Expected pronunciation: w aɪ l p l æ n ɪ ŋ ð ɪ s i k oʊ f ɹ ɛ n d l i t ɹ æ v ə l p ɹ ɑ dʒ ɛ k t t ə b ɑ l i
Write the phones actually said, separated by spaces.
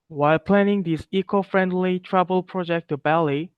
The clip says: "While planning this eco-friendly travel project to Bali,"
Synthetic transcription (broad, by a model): w aɪ l p l æ n ɪ ŋ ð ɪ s i k oʊ f ɹ ɛ n d l i t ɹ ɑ b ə l p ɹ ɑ dʒ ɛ k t t ə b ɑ l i